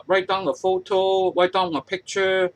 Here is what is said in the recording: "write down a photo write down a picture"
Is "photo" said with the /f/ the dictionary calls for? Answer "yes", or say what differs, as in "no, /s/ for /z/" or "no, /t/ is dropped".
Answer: yes